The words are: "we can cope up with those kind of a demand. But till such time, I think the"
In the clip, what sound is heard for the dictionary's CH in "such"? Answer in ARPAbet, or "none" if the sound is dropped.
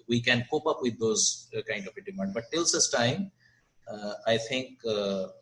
S